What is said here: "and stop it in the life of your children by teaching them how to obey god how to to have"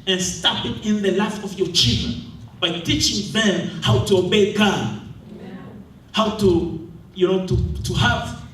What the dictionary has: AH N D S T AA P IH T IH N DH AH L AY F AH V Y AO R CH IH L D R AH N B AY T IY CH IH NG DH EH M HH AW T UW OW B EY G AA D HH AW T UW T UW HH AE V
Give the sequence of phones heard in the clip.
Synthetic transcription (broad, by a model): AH N S T AA P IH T IH N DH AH L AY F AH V Y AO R CH IH L D R AH N B AY T IY CH IH NG DH EH M HH AW T UW OW B EY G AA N HH AW T UW T UW HH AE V